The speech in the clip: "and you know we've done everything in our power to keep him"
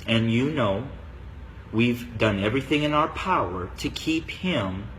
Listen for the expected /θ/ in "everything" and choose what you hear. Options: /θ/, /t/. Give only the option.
/θ/